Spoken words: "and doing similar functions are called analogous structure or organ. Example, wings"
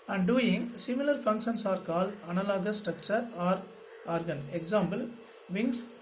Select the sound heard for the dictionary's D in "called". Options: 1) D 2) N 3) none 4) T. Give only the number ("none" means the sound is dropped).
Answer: 3